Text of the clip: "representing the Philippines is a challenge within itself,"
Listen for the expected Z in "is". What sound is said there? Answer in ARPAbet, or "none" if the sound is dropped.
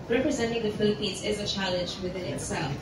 Z